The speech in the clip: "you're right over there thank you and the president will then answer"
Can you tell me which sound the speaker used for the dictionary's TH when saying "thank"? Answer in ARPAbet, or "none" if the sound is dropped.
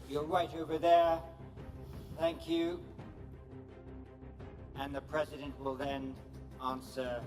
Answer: TH